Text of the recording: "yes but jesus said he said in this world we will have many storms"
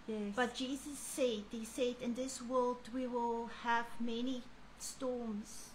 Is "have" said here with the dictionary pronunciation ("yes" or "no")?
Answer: yes